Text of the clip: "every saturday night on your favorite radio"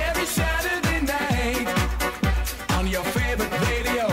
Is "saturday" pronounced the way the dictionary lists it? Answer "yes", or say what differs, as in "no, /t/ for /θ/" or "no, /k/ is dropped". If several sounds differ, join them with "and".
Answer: no, /ʃ/ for /s/